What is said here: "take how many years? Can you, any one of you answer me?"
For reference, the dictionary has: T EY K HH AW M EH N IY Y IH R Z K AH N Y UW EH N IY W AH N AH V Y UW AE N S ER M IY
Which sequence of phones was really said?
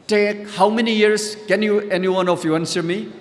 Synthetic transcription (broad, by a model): T EY K HH AW M EH N IY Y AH R S K AH N Y UW EH N IY W AH N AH F Y UW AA N S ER M IY